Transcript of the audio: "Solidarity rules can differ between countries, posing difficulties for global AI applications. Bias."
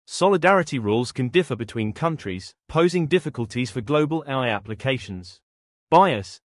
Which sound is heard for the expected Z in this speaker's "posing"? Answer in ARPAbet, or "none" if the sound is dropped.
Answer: Z